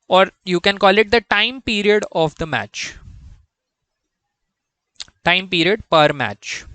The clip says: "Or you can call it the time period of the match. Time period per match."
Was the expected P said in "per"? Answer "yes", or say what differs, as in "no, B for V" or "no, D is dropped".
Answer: yes